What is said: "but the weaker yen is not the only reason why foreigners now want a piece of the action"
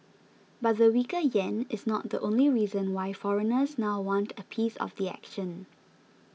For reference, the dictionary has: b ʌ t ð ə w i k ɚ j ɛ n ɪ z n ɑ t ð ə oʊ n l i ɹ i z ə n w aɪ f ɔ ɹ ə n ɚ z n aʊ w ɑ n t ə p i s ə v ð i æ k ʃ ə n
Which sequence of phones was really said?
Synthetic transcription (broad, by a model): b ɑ t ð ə w i k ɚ j ɛ n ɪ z n ɑ t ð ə oʊ n l i ɹ i z ə n w aɪ f ɔ ɹ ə n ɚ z n aʊ w ɑ n t ə p i s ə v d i æ k ʃ ə n